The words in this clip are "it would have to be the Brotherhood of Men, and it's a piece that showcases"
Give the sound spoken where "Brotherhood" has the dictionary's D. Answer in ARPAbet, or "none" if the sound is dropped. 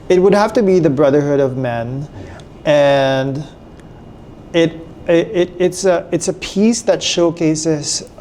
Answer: D